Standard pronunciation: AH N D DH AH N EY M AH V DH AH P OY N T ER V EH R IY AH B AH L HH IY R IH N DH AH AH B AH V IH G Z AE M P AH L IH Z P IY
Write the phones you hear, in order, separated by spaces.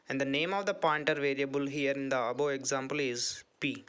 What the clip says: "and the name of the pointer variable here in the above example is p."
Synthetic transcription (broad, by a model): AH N D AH N EY M AH V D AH P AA N T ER V EH R IY AH B AH L HH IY R IH N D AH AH B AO IH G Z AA M P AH L IH Z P IY